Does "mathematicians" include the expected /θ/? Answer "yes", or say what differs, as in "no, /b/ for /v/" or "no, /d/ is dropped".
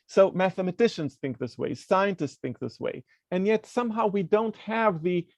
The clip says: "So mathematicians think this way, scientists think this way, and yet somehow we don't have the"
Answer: yes